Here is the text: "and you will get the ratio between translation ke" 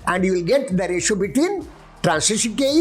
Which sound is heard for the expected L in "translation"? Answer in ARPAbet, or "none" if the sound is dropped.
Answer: none